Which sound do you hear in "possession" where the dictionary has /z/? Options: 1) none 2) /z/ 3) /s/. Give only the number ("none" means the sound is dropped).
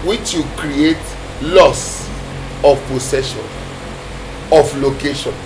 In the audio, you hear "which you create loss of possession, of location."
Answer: 3